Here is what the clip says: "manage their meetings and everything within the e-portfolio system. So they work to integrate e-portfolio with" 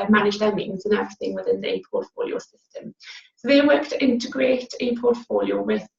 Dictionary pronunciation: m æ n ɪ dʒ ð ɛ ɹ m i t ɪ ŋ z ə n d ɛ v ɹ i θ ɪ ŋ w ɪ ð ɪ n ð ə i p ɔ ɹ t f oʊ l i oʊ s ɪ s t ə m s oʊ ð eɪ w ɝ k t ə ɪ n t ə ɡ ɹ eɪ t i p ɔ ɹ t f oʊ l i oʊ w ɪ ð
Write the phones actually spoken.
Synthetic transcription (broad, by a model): m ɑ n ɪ dʒ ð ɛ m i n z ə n ɛ v ɹ i θ ɪ ŋ w ɪ ð ɪ n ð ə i p ɔ t f oʊ l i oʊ s ɪ s t ə m s oʊ ð eɪ w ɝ k t ɪ n t ə ɡ ɹ eɪ t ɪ p ɔ t f oʊ l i oʊ w ɪ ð